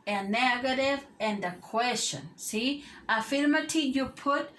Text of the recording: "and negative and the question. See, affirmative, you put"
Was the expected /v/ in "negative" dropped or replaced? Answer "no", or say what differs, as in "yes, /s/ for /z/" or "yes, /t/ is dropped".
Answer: no